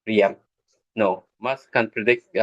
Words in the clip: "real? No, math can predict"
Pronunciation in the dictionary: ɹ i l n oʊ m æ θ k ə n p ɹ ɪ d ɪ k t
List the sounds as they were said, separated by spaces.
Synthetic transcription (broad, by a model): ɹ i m n oʊ m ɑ s k ə n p ɹ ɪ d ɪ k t